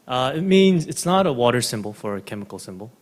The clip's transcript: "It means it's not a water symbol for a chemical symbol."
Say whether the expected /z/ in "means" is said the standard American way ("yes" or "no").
yes